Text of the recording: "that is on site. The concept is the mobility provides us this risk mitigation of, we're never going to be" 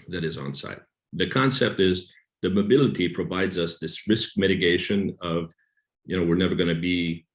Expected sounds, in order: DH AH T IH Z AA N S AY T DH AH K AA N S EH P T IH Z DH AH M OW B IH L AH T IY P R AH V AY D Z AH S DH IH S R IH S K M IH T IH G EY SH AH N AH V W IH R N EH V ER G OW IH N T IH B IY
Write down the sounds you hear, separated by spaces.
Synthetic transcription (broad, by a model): DH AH T IH Z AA N S AY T DH AH K AA N S EH P T IH Z DH AH M OW B IH L AH T IY P R AH V AY D Z AH S DH IH S R IH S K M IH T IH G EY SH AH N AH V W IH R N EH V ER G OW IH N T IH B IY